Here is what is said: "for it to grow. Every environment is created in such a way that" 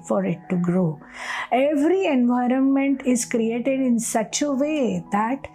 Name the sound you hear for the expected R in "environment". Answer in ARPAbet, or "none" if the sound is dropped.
R